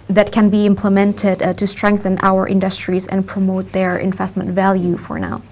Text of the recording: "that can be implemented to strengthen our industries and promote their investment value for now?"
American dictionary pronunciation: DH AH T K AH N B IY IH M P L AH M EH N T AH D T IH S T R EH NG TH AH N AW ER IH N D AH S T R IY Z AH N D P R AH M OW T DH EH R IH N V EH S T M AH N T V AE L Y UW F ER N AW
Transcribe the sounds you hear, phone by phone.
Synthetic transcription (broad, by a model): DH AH T K AH N B IY IH M P L AH M EH N T AH D T IH S T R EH NG TH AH N AW ER IH N D AH S T R IY Z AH N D P R AH M OW T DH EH R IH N V EH S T M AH N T V AE L Y UW F ER N AW